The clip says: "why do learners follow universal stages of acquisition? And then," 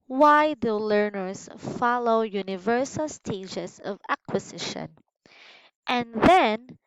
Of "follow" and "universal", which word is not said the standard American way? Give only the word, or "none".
none